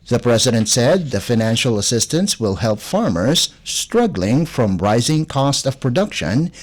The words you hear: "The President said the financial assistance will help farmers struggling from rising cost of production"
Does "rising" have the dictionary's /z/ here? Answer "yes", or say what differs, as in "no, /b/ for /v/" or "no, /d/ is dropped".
yes